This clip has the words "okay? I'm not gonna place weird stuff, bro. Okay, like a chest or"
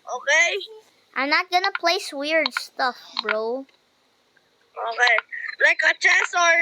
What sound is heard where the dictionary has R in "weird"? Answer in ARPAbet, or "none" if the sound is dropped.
R